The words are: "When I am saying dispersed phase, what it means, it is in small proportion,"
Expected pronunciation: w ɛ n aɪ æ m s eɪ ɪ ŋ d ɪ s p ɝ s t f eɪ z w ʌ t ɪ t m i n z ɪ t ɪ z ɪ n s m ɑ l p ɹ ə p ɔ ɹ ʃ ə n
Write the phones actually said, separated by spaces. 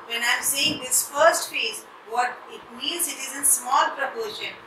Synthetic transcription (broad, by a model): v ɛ n aɪ m s eɪ ɪ ŋ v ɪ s f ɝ s t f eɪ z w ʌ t ɪ t m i n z ɪ t ɪ z ɪ n s m ɑ l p ɹ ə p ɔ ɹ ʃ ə n